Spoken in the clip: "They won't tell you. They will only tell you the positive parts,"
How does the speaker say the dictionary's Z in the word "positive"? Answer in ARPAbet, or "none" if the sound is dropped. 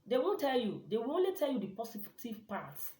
S